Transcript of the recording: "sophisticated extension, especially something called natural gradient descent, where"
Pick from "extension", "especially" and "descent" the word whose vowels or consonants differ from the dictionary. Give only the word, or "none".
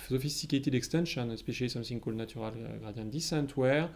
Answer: especially